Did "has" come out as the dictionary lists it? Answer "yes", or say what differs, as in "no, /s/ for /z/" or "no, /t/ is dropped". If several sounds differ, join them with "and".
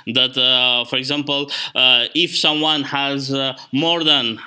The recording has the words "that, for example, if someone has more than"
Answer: yes